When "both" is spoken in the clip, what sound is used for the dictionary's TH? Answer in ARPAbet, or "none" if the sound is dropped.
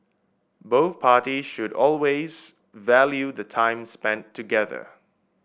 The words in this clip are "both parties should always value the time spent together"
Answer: TH